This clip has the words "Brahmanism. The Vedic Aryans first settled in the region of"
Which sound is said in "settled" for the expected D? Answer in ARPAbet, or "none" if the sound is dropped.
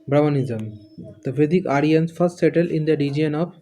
none